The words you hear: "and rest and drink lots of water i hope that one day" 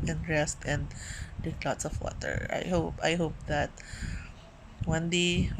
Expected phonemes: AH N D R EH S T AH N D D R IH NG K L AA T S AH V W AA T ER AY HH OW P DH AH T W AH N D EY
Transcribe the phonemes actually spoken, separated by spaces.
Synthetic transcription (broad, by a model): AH N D R EH S T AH N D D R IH K L AA T S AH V W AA T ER AY HH OW P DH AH T W AH N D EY